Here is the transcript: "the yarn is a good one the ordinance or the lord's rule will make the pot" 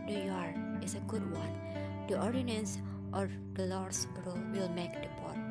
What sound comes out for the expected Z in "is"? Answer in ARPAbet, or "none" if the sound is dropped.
S